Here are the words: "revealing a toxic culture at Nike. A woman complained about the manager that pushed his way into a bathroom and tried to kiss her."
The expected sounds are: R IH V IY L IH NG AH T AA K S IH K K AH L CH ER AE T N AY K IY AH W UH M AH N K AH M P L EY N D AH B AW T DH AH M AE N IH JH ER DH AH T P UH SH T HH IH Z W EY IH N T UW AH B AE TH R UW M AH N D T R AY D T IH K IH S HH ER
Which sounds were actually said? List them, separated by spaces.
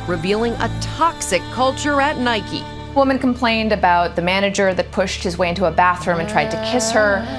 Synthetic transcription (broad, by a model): R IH V IY L IH NG AH T AA K S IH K K AH L CH ER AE T N AY K IY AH W UH M AH N K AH M P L EY N D AH B AW T DH AH M AE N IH JH ER DH AH T P UH SH T HH IH Z W EY IH N T UW AH B AE TH R UW M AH N T R AY D T IH K IH S HH ER